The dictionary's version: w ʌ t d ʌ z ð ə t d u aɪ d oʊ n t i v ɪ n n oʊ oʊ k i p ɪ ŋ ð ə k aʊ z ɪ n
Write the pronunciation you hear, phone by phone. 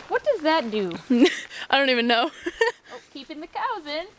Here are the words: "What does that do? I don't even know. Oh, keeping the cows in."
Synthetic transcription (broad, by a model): w ʌ t d ʌ z ð ə t d u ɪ d oʊ n t i v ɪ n n oʊ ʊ k i p ɪ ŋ ð ə k aʊ z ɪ n